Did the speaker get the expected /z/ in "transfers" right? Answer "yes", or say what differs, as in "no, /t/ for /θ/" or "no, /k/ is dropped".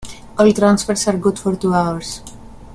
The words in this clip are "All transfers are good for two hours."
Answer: no, /s/ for /z/